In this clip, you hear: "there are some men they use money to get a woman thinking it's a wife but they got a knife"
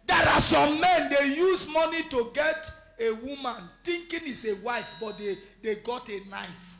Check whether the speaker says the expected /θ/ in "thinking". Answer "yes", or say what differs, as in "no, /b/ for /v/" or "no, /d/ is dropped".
no, /t/ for /θ/